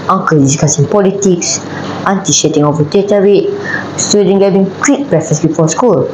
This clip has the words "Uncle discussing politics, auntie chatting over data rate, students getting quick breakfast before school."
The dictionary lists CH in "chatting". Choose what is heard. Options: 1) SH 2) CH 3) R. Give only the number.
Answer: 1